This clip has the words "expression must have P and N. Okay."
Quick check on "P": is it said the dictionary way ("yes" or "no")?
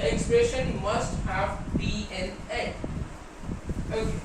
no